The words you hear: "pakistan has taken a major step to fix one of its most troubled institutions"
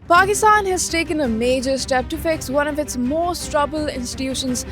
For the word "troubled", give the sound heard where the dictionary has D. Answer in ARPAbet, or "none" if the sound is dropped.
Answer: none